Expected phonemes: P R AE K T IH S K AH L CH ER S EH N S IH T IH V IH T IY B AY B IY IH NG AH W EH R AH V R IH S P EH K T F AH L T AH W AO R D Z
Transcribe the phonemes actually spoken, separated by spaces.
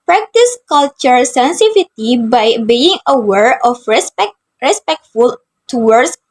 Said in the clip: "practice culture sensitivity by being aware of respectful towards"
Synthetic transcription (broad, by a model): P R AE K T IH S K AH L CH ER S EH N S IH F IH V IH T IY B AY B IY IH NG AH W EH R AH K R IH S P EH K T F AH L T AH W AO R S